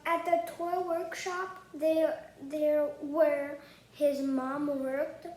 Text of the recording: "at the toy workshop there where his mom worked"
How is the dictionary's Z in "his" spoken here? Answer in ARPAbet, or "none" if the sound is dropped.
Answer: Z